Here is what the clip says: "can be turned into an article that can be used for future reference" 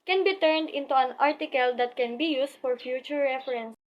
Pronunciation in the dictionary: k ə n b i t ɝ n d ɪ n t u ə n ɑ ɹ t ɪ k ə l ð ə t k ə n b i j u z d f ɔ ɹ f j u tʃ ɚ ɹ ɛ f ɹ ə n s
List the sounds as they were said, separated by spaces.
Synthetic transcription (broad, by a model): k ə n b i t ɝ n d ɪ n t u ə n ɑ ɹ t ɪ k ə l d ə t k ə n b i j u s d f ɔ ɹ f j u tʃ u ɹ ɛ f ɹ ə n s